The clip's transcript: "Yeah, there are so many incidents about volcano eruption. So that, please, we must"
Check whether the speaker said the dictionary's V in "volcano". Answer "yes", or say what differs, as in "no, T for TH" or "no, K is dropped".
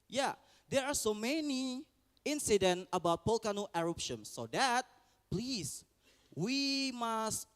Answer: no, P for V